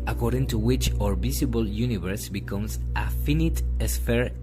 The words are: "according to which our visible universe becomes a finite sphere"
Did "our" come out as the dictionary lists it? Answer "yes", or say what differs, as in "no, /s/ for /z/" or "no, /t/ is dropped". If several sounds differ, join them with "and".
yes